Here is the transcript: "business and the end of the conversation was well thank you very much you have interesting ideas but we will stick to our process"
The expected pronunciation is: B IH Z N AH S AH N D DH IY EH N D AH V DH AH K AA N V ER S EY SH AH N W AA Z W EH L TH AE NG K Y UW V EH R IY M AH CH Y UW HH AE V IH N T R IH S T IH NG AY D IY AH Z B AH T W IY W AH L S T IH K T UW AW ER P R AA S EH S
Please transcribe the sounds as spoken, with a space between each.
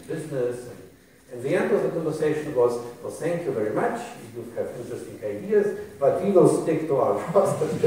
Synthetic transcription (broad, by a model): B IH Z N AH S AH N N DH IY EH N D AH V DH AH K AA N V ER S EY SH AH N W AA Z W EH L TH AE NG K Y UW V EH R IY M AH CH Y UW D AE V IH N T R IH S T IH NG AY D IY AH Z B AH T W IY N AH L S T IH K T UW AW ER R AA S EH